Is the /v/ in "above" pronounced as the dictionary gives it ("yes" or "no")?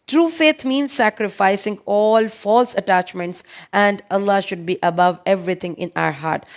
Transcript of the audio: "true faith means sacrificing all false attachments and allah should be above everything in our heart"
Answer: yes